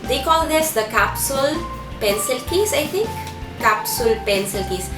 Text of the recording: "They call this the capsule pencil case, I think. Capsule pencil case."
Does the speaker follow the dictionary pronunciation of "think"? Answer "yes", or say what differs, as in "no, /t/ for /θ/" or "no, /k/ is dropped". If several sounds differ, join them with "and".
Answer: no, /t/ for /θ/